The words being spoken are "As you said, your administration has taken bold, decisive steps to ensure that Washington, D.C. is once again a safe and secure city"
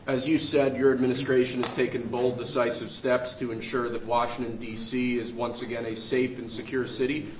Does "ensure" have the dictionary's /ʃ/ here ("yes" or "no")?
yes